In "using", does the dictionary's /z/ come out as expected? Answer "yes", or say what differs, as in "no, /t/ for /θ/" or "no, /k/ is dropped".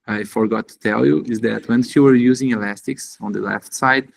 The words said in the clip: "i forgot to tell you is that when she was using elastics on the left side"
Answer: yes